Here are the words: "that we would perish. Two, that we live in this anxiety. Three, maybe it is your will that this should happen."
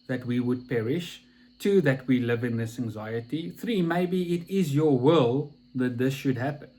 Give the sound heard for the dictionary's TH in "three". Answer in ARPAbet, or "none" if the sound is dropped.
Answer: TH